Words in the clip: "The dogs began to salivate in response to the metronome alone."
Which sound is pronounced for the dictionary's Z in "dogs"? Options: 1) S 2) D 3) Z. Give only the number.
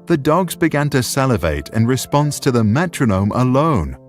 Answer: 3